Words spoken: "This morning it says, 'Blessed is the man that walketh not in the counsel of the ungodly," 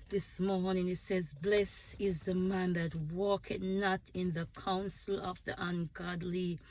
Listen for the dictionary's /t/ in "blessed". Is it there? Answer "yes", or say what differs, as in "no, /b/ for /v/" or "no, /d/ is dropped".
no, /t/ is dropped